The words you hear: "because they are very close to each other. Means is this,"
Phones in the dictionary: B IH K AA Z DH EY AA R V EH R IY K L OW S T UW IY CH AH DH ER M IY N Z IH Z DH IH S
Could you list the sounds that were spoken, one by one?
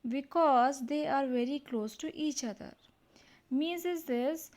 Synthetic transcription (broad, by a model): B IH K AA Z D EY AA R V EH R IY K L OW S T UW IY CH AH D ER M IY Z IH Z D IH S